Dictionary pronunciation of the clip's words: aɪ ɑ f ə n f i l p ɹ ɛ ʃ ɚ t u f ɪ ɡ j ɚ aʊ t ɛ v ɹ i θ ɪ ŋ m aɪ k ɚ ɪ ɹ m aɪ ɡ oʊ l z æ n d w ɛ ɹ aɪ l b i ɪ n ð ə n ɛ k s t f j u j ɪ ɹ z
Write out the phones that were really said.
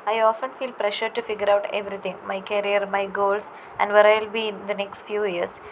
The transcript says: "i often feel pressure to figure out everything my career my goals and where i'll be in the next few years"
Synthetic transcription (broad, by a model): aɪ ɑ f ə n f i l p ɹ ɛ ʃ ɚ t u f ɪ ɡ j ɚ aʊ t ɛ v ɹ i t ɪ ŋ m aɪ k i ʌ ɹ m aɪ ɡ oʊ l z æ n d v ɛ ɹ aɪ l b i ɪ n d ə n ɛ k s t f j u j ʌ ɹ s